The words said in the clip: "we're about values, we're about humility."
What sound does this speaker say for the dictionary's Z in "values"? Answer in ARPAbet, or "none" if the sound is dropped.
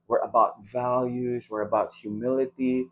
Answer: Z